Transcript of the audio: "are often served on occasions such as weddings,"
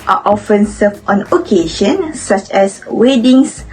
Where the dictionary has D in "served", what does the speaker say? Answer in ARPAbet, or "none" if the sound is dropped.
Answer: none